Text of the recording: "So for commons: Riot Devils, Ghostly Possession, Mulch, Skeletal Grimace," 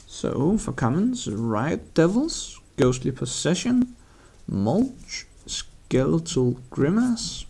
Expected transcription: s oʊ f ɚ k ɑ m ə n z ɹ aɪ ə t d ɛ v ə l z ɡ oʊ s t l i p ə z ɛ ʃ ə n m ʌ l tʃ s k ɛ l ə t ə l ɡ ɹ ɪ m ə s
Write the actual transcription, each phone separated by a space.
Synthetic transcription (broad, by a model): s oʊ f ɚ k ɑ m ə n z ɹ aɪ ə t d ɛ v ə l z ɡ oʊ s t l i p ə s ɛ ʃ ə n m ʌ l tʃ s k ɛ l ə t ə l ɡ ɹ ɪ m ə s